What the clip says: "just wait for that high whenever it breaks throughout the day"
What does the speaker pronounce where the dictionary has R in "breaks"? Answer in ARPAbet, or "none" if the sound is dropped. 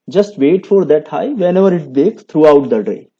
none